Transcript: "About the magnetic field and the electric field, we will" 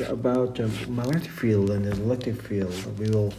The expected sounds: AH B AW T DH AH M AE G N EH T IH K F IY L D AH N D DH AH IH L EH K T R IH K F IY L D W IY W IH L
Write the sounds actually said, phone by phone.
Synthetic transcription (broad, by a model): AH B AW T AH M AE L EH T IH F IY L D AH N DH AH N L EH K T IH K F IY L D W IY W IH L